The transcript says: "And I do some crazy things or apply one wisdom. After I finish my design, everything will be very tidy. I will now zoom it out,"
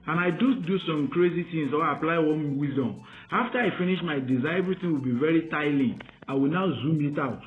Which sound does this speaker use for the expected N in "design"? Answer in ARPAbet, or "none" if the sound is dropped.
none